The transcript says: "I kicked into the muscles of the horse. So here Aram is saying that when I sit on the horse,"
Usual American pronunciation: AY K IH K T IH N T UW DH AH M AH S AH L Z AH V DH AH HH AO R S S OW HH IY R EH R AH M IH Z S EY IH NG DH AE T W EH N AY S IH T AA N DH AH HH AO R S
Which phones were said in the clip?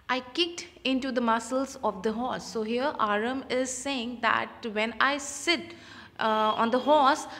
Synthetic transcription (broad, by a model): AY K IH K T IH N T UW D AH M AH S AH L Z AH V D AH HH AO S S OW HH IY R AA R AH M IH Z S EY IH NG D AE T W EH N AY S IH T AA N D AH HH AO S